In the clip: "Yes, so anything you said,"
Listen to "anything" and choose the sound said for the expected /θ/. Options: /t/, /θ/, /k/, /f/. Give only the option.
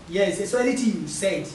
/t/